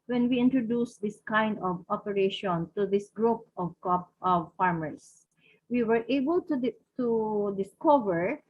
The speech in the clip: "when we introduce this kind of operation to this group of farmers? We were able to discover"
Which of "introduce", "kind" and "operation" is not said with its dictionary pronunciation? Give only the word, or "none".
none